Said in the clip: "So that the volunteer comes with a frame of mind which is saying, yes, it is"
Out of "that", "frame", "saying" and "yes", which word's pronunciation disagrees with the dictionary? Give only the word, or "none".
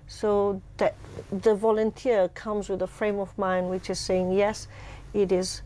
none